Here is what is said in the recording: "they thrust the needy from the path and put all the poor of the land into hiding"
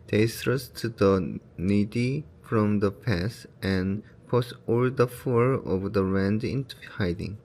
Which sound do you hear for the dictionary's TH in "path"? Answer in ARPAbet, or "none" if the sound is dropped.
S